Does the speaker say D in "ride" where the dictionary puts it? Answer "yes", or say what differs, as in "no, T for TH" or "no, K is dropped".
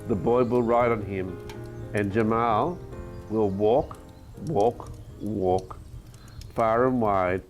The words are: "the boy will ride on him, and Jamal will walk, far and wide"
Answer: yes